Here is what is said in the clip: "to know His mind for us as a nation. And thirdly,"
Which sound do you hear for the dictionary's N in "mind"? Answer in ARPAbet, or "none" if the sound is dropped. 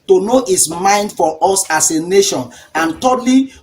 N